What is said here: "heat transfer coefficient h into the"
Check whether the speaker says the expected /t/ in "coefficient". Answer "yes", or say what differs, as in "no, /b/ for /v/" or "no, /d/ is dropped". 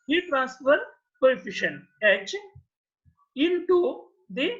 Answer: no, /t/ is dropped